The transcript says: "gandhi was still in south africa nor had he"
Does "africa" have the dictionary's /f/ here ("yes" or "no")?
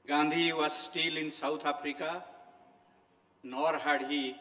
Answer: no